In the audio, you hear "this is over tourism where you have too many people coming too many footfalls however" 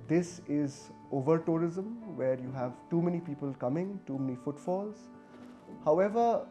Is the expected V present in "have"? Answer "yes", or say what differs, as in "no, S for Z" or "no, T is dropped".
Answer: yes